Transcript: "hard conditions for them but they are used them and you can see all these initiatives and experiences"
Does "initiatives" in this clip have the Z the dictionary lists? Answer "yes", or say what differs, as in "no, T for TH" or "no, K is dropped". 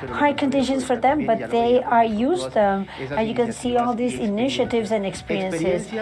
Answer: yes